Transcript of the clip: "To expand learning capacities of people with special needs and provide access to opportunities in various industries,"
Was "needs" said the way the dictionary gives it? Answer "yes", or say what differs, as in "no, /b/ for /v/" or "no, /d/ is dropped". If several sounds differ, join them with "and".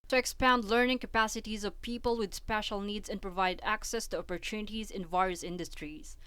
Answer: yes